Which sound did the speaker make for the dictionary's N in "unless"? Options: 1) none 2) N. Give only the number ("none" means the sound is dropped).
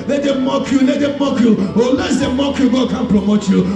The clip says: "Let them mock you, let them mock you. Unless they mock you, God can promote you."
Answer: 1